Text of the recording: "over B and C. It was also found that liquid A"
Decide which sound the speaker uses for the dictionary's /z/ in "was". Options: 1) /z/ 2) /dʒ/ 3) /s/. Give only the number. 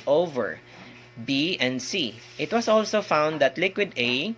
3